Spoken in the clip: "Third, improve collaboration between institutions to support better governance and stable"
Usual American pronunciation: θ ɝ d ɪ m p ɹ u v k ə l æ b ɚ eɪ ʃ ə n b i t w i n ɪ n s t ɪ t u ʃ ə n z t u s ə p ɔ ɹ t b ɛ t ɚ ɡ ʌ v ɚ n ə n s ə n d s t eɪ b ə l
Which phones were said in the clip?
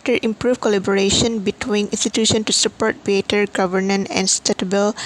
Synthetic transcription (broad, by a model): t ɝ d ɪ m p ɹ u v k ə l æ b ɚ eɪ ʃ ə n b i t w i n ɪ n s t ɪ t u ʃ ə n t u s ə p ɔ ɹ t b ɛ t ɚ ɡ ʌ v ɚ n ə n ə n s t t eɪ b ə l